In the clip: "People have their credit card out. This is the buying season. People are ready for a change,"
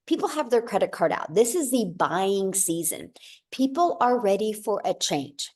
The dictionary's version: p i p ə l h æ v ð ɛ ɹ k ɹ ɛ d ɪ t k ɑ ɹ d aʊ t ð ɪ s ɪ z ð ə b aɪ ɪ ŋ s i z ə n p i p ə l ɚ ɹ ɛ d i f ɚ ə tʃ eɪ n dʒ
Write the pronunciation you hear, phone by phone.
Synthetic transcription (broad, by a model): p i p l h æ v ð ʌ ɹ k ɹ ɛ d ɪ t k ɑ ɹ d aʊ t ð ɪ s ɪ z ð ə b aɪ ɪ ŋ s i z ə n p i p l ɚ ɹ ɛ d i f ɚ ə tʃ eɪ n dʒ